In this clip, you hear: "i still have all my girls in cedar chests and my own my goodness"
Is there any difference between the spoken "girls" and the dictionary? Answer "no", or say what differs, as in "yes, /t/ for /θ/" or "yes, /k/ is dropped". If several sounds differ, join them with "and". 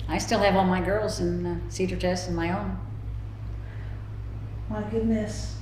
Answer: no